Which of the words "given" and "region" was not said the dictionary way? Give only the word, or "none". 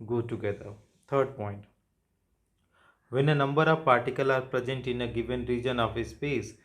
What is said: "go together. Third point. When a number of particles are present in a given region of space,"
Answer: none